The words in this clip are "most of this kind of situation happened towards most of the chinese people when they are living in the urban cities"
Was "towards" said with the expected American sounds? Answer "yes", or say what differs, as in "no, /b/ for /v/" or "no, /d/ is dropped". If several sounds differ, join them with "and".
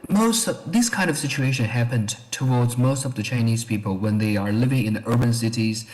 yes